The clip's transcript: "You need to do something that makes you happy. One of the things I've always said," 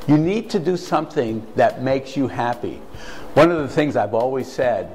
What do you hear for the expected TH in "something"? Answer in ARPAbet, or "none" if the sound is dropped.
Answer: TH